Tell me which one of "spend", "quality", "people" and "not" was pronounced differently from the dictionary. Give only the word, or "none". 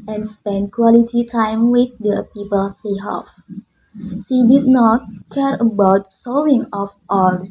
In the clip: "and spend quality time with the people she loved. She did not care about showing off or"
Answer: none